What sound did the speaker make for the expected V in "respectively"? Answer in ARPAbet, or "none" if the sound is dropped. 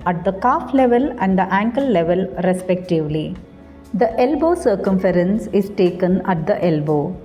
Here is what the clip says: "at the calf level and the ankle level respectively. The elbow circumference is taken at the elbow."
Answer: V